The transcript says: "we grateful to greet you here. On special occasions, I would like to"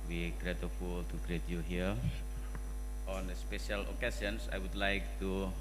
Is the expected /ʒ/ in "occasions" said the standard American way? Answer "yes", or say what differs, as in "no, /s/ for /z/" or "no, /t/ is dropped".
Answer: no, /s/ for /ʒ/